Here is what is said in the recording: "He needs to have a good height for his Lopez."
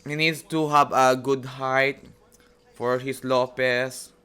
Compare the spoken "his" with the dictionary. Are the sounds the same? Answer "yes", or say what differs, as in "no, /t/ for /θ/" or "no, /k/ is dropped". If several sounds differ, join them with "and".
no, /s/ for /z/